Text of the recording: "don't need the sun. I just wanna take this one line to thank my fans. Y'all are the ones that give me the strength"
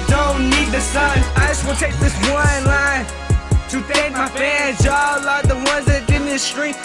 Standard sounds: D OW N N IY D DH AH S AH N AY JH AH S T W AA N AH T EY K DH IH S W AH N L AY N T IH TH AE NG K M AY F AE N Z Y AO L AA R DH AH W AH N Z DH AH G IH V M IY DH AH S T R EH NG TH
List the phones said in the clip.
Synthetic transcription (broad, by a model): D OW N N IY D DH AH S AH N AY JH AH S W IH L T EY K DH IH S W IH N L AY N T IH T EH K M AY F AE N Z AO L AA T DH AH W AH N Z DH AH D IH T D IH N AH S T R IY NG